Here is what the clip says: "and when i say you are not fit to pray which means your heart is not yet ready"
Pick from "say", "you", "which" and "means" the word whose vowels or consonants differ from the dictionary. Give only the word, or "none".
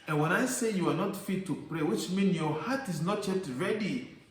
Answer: means